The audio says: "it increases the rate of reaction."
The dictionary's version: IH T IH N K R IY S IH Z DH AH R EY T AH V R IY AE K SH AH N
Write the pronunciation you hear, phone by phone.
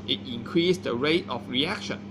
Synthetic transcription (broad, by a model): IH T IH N K R IY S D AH R EY T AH F R IY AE K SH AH N